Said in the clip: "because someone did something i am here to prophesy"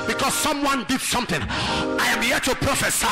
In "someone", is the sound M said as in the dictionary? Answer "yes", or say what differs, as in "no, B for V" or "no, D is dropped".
yes